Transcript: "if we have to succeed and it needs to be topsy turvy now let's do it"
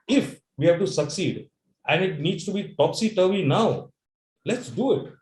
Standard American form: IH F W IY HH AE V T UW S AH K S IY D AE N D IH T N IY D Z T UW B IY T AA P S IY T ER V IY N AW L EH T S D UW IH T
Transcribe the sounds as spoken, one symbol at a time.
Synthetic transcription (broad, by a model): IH F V IY HH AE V T UW S AH K S IY D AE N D IH T N IY D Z T UW B IY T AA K S IY T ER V IY N AW L EH T S D UW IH T